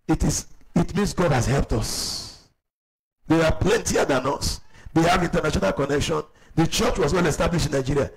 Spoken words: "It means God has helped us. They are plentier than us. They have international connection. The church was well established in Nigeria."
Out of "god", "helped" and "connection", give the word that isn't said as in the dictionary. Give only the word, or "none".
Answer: none